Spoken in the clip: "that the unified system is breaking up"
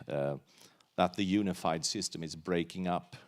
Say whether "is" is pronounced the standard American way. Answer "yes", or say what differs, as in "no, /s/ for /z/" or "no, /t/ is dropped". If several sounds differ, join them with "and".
yes